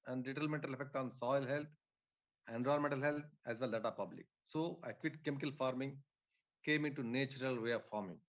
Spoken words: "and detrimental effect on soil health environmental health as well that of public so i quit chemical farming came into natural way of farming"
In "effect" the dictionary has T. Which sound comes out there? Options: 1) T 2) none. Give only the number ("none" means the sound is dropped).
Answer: 1